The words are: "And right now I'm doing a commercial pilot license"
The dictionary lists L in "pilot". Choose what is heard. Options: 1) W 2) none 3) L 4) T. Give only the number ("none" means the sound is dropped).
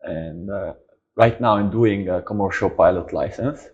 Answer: 3